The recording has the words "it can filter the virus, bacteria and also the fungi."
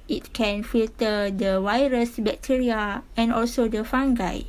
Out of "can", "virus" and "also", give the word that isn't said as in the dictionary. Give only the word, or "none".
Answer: virus